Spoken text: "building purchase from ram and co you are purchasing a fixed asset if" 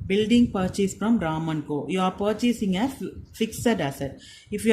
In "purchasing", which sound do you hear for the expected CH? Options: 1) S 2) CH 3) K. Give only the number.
2